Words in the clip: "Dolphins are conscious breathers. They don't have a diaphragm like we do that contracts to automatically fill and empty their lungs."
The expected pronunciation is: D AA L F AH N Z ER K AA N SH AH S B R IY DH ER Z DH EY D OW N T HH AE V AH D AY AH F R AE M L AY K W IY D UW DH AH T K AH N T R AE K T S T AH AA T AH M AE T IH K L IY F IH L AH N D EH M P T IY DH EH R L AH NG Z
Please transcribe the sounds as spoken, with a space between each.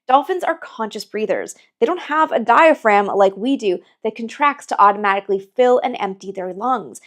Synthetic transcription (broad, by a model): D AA L F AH N Z ER K AA N SH AH S B R IY DH ER Z DH EY D OW N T HH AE V AH D AY AH F R AE M L AY K W IY D UW DH AH T K AH N T R AE K T S T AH AA T AH M AE T IH K L IY F IH L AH N EH M P T IY DH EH R L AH NG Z